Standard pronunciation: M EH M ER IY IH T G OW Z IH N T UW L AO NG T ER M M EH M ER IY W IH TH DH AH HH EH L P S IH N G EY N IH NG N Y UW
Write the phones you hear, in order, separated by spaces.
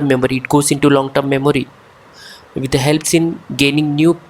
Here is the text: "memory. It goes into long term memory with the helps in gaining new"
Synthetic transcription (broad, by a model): M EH M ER IY IH T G OW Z IH N T UW L AO NG T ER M M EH M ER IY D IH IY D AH HH EH L P S IH N G EY N IH NG N Y UW